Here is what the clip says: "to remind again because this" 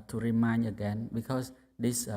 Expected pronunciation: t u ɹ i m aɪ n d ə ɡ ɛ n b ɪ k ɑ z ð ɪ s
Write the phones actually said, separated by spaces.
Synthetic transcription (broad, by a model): t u ɹ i m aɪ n ə ɡ ɛ n b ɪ k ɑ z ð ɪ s